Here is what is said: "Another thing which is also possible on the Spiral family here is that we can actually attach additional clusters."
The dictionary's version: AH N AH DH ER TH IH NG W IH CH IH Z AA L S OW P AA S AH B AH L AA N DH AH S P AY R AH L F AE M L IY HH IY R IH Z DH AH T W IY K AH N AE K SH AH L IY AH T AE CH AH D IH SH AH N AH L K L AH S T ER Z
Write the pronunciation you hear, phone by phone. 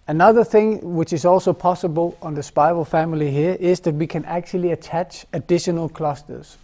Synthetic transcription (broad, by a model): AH N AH DH ER TH IH NG W IH CH IH Z AA L S OW P AA S AH B AH L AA N DH AH S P AY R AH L F AE M L IY HH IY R IH Z DH AH T W IY K AH N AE K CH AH L IY AH T AE CH AH D IH SH AH N AH L K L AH S T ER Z